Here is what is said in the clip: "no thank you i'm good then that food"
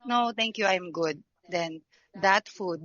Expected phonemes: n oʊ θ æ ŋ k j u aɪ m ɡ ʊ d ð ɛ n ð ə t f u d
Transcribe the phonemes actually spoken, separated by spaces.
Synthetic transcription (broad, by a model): n oʊ t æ ŋ k j u aɪ m ɡ ʊ d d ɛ n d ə t f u d